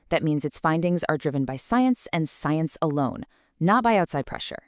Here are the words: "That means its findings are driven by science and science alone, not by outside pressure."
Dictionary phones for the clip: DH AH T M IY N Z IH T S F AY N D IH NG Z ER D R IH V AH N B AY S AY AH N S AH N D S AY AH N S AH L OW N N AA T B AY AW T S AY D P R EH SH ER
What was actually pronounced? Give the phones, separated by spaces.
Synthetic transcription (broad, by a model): DH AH T M IY N Z IH T S F AY N D IH NG Z ER D R IH V AH N B AY S AY AH N S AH N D S AY AH N S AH L OW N N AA T B AY AW T S AY D P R EH SH ER